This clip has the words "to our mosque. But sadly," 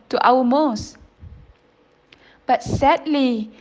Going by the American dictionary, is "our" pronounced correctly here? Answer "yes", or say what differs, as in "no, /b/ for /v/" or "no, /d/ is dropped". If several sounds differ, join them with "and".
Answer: no, /w/ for /ɹ/